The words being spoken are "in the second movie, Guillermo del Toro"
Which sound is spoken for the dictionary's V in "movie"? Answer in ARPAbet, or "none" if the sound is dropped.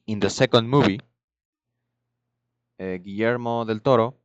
B